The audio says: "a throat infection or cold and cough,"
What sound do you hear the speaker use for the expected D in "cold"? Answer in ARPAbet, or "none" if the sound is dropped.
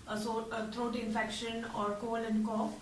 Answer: none